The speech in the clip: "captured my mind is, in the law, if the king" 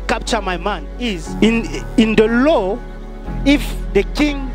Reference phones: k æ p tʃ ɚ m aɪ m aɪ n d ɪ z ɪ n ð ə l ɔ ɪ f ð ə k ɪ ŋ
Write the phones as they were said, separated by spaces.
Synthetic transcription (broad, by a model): k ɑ p tʃ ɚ m aɪ m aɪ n ɪ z ɪ n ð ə l ɔ ɪ f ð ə k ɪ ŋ